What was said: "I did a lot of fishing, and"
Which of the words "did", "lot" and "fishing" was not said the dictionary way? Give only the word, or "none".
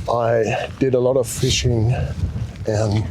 none